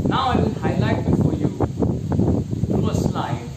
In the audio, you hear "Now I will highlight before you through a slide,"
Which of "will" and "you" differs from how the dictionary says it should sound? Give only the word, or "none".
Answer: will